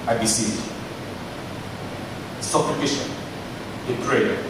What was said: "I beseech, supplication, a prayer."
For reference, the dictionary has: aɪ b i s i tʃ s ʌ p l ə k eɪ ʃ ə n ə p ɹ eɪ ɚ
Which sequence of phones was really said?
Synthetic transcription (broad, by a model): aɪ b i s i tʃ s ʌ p ə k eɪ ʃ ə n ə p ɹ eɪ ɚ